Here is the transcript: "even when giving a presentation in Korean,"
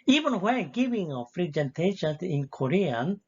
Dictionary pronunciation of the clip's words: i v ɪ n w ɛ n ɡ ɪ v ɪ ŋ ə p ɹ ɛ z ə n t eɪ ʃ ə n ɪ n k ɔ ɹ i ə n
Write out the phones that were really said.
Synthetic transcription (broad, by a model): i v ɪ n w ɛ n ɡ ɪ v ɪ ŋ ə f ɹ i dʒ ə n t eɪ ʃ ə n ɪ n k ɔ ɹ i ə n